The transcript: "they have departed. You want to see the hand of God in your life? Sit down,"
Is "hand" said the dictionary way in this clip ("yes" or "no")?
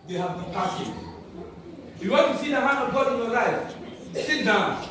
no